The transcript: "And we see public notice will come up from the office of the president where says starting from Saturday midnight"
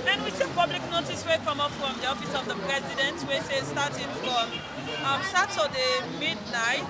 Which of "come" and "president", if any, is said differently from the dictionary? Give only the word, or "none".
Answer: none